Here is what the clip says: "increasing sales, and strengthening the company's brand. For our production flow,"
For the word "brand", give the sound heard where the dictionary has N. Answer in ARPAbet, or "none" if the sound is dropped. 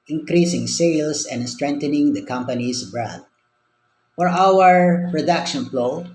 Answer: none